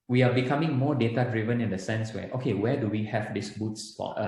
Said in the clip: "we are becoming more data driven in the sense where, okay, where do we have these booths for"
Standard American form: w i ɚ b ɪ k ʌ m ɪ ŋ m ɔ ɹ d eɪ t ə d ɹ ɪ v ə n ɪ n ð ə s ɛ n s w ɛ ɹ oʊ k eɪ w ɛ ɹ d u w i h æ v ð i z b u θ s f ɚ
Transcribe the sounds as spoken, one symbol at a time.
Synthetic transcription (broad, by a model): w i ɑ b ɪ k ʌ m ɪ ŋ m ɔ d eɪ t ə d ɹ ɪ v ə n ɪ n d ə s ɛ n s w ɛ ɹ oʊ k eɪ w ɛ d u w i h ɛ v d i s b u t s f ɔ